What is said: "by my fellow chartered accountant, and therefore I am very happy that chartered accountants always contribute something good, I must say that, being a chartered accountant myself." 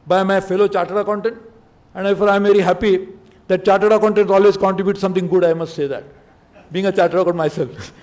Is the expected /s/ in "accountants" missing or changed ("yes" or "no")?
yes